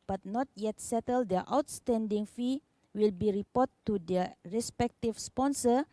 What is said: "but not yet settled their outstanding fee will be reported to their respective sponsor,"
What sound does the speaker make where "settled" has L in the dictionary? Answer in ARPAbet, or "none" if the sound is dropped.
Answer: L